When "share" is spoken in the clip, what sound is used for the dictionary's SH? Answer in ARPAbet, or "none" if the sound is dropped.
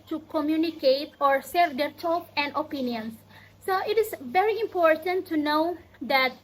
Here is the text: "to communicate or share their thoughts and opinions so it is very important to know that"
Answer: S